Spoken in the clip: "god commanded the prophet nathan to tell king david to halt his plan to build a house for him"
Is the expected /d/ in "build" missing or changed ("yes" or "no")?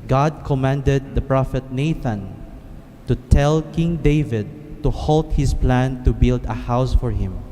no